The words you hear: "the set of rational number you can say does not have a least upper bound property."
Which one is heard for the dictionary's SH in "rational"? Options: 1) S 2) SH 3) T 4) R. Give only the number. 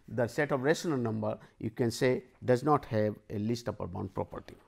1